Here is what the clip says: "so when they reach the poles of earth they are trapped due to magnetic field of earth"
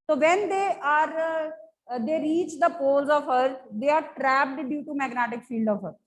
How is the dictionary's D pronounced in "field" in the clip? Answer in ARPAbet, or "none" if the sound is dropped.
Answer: D